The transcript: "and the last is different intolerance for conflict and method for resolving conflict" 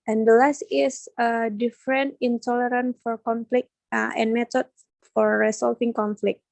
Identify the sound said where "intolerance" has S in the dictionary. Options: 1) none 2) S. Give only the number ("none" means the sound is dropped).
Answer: 1